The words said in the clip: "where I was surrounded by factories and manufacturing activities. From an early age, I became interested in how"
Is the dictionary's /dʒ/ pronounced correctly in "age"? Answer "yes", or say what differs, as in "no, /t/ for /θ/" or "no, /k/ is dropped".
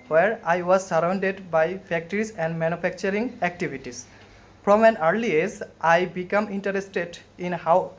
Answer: no, /z/ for /dʒ/